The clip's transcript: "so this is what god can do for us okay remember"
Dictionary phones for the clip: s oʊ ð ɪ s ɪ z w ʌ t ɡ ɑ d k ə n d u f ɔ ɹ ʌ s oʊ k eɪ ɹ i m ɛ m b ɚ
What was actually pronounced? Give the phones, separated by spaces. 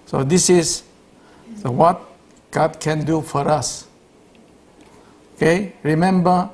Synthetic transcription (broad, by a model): s oʊ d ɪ s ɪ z w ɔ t ɡ ɑ d k ə n d u f ɔ ɹ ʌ s oʊ k eɪ ɹ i m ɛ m b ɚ